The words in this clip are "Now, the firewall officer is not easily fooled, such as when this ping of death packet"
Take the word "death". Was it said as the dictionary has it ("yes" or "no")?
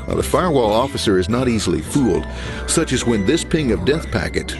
yes